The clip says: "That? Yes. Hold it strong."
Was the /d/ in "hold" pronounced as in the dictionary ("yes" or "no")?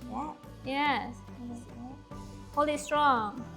no